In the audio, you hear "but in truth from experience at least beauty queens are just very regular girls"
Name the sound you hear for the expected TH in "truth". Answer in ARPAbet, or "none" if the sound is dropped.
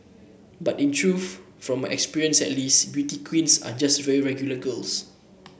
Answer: F